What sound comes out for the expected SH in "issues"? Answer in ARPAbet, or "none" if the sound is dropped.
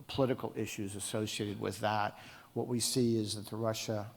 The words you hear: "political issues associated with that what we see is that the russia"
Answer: SH